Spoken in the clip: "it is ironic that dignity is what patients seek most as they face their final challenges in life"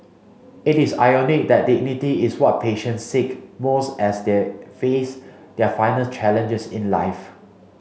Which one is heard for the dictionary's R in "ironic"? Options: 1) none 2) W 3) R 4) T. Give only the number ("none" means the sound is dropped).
1